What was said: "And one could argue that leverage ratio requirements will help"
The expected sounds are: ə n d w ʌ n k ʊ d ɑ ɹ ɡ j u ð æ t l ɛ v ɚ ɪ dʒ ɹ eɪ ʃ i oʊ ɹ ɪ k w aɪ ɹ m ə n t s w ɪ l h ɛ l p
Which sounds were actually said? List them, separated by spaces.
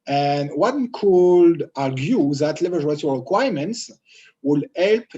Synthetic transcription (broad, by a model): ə n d w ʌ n k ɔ d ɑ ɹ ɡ j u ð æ t l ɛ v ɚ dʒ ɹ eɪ s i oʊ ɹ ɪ k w aɪ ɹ m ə n t s w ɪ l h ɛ l p